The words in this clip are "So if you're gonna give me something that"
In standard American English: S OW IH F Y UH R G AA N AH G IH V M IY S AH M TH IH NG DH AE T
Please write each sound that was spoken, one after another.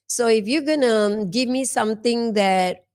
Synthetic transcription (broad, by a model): S OW IH F Y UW G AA N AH G IH V M IY S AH M T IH NG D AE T